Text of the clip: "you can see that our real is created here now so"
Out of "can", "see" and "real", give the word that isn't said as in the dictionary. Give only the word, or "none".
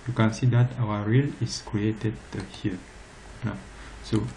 none